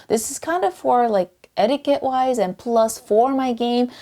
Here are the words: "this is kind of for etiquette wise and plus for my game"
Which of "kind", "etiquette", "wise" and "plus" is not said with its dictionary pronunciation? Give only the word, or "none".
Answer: none